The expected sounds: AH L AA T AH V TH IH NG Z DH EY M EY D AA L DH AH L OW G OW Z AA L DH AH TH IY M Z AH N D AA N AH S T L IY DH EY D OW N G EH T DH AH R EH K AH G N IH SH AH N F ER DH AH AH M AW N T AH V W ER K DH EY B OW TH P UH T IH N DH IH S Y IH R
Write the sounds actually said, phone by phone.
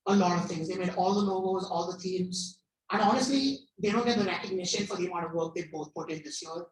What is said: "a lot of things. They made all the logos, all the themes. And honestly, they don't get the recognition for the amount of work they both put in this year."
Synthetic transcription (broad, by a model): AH L AA T AH V T IH NG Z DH EY M EY D AA L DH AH N OW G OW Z AA L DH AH T IY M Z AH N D AA N AH S T L IY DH EY D OW N G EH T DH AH R EH K AH G N IH SH AH N F ER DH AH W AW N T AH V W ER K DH EY B OW T P UH T IH N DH IH S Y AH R